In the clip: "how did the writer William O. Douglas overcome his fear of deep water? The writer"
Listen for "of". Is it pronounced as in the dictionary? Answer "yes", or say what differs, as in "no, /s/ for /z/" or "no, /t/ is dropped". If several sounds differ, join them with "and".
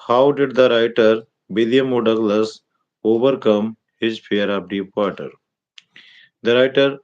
no, /p/ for /v/